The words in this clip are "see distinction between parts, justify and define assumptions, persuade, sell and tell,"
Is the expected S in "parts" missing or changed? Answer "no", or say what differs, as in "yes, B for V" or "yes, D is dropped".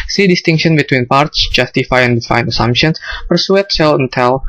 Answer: no